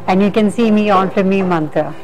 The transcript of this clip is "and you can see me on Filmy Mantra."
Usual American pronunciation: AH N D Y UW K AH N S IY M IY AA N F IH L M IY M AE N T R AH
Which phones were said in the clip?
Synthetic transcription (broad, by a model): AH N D Y UW K AH N S IY M IY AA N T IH M IY M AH N T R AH